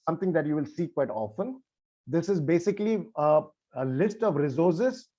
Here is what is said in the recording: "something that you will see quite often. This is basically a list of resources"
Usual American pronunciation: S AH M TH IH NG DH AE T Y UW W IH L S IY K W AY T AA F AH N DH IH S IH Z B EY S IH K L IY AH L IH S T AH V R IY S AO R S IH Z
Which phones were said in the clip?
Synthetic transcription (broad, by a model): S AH M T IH NG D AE T Y UW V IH L S IY K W AY T AA F AH N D IH S IH Z B EY S IH K L IY AH L IH S T AH V R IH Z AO R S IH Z